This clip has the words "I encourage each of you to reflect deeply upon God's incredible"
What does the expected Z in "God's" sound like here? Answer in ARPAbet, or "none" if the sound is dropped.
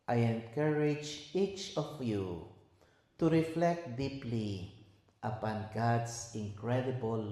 S